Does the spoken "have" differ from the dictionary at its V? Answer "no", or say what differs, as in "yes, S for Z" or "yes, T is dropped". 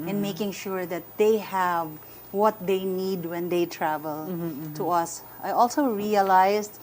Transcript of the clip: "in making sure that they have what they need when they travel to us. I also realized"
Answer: no